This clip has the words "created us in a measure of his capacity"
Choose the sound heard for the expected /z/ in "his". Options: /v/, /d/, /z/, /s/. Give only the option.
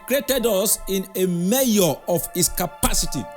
/s/